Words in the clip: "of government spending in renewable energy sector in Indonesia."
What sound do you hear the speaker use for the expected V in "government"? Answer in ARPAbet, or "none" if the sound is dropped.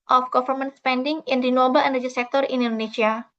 F